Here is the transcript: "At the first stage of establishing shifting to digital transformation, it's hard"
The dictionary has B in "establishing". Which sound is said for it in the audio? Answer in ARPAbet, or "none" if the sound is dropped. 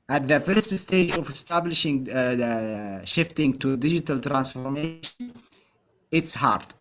B